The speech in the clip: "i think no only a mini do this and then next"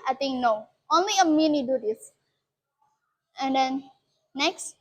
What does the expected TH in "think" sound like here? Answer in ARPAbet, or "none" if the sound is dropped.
T